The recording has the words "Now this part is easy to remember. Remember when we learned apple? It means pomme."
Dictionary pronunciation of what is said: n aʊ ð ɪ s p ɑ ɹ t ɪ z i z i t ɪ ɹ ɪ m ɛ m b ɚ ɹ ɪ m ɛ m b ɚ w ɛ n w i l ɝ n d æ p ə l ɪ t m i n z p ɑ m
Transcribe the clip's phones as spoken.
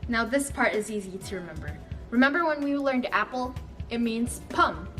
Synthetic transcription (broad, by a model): n aʊ ð ɪ s p ɑ ɹ t ɪ z i z i t ɪ ɹ ɪ m ɛ m b ɚ ɹ ɪ m ɛ m b ɚ w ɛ n w i l ɝ n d æ p l ɪ t m i n z p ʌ m